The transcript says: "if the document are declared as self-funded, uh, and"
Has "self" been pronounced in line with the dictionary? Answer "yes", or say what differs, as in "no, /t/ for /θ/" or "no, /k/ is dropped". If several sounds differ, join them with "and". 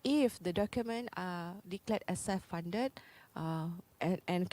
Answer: no, /l/ is dropped